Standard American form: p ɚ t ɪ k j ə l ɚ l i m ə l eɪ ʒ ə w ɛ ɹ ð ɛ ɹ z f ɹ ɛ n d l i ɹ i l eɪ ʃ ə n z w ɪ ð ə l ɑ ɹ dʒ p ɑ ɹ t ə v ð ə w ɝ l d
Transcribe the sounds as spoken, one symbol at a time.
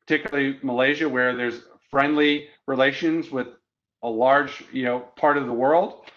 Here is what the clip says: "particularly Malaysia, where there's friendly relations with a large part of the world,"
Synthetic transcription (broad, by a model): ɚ t ɪ k j l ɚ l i m ə l eɪ ʒ ə w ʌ ɹ ð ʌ ɹ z f ɹ ɛ n d l i ɹ i l eɪ ʃ ə n z w ɪ ð ə l ɑ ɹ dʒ p ɑ ɹ t ə v ð ə w ɝ l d